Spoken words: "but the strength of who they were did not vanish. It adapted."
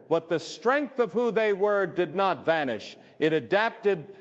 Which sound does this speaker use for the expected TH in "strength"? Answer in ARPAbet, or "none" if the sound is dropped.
TH